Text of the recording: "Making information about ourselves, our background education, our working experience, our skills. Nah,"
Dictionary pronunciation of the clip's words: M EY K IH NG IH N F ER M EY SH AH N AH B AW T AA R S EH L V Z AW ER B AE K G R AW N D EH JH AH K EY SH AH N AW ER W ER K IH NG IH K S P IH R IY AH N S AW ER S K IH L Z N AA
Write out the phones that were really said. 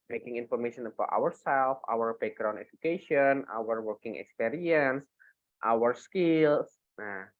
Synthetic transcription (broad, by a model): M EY K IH NG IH N F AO M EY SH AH N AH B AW T AA R S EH L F AW ER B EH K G R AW N EH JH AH K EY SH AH N AW ER W ER K IH NG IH K S P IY R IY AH N S AW ER S K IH L S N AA